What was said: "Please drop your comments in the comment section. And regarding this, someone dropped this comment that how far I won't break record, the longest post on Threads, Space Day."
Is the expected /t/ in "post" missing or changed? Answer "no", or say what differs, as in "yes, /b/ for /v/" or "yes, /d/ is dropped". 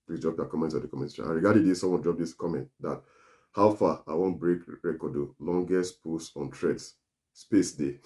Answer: yes, /t/ is dropped